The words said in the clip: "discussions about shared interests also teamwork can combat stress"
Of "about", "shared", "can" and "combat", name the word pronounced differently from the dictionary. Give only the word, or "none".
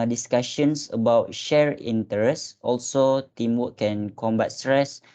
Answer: shared